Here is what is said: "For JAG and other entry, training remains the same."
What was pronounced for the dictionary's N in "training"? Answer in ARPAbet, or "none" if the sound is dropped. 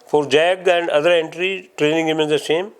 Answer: N